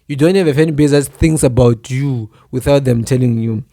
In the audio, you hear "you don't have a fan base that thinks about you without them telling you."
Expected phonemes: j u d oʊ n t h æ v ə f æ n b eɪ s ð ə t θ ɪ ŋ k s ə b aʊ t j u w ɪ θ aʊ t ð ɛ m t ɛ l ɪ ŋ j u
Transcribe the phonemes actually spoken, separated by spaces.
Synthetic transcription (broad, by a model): j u d oʊ n t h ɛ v ə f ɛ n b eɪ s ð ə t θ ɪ ŋ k s ə b aʊ t j u w ɪ θ aʊ t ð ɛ m t ɛ l ɪ ŋ j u